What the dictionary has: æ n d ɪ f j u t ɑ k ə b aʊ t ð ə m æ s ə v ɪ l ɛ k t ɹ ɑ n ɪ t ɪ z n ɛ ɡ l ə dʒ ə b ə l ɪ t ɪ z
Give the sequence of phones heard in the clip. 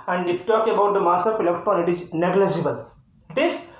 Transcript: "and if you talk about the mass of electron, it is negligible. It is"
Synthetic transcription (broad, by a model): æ n d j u t ɑ k ə b aʊ t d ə m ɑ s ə p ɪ l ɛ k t ɑ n ɪ t ɪ z n ɛ ɡ l ə dʒ ə b ə l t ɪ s